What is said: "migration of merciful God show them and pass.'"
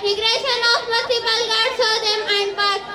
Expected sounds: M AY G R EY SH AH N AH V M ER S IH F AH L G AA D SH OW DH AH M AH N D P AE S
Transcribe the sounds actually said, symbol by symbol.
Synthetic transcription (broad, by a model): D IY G R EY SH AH N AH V M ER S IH P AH L G AA D S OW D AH M AH N D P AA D